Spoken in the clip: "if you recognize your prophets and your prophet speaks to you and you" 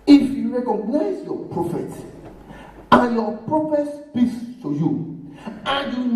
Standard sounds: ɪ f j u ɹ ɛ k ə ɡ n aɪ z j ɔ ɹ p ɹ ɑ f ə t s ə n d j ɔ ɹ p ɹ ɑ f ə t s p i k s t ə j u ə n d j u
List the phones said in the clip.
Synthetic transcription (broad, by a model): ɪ f j u ɹ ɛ k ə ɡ n aɪ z j ɔ p ɹ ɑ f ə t ə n j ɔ p ɹ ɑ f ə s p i s t ə j u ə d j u